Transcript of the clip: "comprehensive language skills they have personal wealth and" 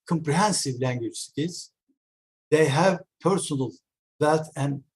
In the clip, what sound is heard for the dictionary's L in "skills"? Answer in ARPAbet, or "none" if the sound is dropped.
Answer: none